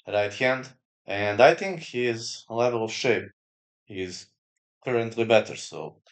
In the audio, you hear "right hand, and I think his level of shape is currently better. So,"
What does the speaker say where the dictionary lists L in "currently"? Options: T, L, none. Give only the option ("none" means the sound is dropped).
L